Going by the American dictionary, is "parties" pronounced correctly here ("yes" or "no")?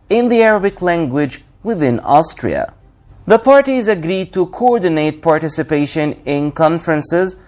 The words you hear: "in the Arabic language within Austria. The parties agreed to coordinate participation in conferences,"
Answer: yes